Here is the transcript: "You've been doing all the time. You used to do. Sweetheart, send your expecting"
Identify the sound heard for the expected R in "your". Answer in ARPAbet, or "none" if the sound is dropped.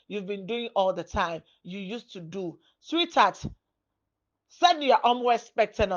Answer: W